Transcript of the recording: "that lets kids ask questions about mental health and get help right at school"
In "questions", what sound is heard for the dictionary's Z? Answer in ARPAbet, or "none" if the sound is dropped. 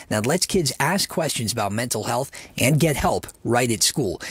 Z